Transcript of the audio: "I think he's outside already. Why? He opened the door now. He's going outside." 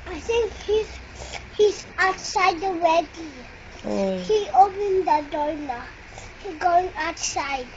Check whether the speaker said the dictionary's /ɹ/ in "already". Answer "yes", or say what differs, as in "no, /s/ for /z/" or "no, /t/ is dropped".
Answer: no, /w/ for /ɹ/